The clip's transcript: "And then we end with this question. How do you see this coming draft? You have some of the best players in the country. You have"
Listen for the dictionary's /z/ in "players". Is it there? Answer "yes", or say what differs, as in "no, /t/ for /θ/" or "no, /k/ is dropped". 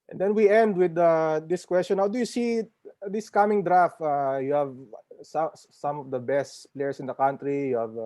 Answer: no, /s/ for /z/